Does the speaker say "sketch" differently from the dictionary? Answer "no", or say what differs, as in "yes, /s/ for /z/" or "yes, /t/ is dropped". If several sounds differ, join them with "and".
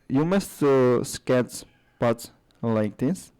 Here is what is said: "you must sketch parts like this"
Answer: yes, /s/ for /tʃ/